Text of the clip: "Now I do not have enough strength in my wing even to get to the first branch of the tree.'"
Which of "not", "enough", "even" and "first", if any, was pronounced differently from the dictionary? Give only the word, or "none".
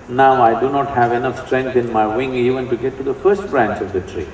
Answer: none